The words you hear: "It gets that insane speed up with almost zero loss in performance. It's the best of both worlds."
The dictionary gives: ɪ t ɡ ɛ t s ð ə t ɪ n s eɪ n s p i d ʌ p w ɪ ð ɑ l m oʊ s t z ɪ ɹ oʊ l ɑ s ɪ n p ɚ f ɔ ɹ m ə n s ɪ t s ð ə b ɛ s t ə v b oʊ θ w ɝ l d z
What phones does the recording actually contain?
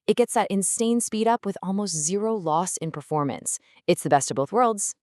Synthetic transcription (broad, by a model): ɪ t ɡ ɛ t s ð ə t ɪ n s eɪ n s p i d ʌ p w ɪ ð ɑ l m oʊ s t z ɪ ɹ oʊ l ɑ s ɪ n p ɚ f ɔ ɹ m ə n s ɪ t s ð ə b ɛ s t ə v b oʊ θ w ɝ l d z